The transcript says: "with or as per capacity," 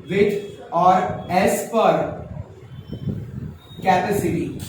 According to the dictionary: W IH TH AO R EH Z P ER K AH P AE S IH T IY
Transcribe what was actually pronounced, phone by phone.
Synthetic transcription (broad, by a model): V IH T AO R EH S P ER K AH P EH S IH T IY